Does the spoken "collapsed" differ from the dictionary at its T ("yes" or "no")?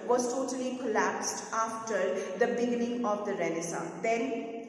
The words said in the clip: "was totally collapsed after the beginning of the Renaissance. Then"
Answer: no